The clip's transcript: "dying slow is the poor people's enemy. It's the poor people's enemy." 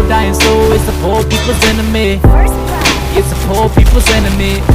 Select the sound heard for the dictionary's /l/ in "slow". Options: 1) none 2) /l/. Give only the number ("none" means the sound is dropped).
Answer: 1